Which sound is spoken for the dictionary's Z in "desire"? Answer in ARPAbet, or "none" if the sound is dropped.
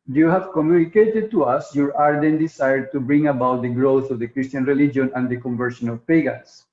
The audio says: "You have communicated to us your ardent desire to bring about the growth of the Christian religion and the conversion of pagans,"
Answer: S